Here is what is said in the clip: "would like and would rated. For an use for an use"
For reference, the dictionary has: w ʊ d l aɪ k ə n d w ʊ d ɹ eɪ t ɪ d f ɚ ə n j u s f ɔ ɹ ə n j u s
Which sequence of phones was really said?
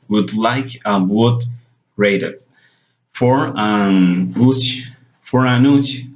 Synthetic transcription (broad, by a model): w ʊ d l aɪ k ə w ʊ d ɹ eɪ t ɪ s f ɚ ə n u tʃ f ɔ ɹ ə n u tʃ